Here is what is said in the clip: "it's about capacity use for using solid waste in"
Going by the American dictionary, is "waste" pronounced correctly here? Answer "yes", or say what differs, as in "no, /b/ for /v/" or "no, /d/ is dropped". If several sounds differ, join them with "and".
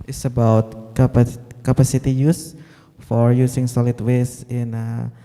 no, /t/ is dropped